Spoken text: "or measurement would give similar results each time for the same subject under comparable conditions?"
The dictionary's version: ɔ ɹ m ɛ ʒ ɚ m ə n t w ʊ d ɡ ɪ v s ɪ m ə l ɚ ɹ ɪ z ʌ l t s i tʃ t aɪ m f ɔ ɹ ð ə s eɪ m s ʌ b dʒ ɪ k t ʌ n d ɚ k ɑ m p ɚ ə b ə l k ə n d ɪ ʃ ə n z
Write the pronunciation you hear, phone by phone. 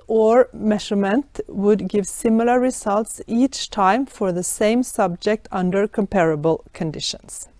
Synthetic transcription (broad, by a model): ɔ ɹ m ɛ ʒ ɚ m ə n t w ʊ d ɡ ɪ v s ɪ m ə l ɚ ɹ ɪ s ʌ l t s i tʃ t aɪ m f ɔ ɹ ð ə s eɪ m s ʌ b dʒ ɪ k t ʌ n d ɚ k ɑ m p ɚ ə b ə l k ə n d ɪ ʃ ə n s